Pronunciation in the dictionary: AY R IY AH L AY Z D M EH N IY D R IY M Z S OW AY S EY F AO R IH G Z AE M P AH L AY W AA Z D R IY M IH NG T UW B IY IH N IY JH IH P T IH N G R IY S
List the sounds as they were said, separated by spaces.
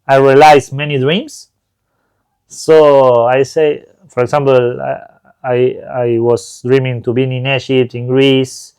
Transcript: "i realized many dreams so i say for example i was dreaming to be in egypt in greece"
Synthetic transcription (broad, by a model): AY R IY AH L AY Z M EH N IY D R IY M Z S OW AY S EY F AO R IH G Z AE M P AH L AY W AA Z D R IY M IH NG T UW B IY IH N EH SH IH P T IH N G R IY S